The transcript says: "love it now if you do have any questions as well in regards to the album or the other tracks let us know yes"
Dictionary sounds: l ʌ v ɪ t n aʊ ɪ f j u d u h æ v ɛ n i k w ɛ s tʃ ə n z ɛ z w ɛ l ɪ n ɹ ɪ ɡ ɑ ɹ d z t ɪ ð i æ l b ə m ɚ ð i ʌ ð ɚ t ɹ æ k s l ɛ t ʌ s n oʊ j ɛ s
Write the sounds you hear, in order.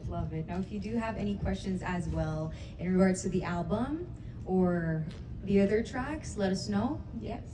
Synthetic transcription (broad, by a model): l ʌ v ɪ t n aʊ ɪ f j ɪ d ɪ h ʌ v ɛ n i k w ɛ s tʃ ə n z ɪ z w ɛ l ɪ n ɹ ɪ ɡ ɑ ɹ d z t ɪ ð i æ l b ə m ɚ ð i ʌ ð ɚ t ɹ æ k s l ɛ t ʌ s n oʊ j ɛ